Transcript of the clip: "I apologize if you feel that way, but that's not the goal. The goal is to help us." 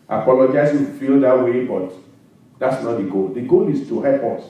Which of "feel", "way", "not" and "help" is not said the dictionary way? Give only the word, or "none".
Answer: help